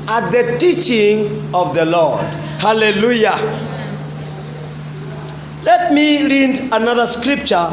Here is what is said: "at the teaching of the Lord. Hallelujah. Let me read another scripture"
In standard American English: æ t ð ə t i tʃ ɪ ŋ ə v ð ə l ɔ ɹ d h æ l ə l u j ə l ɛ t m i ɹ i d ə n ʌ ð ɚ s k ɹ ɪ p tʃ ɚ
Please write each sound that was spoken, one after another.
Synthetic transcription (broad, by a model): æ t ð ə t i tʃ ɪ ŋ ə v ð ə l ɔ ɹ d h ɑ l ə l u j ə l ɛ t m i ɹ i d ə n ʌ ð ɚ s k ɹ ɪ p tʃ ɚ